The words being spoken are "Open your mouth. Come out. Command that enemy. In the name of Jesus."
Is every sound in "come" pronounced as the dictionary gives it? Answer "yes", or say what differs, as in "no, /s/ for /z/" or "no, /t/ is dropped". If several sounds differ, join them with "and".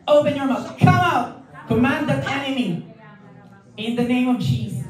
no, /m/ is dropped